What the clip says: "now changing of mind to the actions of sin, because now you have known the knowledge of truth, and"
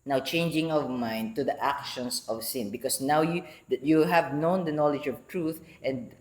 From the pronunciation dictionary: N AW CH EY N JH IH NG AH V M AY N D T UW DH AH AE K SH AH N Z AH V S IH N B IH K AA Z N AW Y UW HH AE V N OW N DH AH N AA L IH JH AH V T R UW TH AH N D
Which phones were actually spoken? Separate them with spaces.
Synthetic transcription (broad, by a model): N AW CH EY N JH IH NG AH V M AY N D T UW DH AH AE K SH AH N S AH V S IH N B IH K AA S N AW Y UW HH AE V N OW N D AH N AA L IH JH AH V T R UW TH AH N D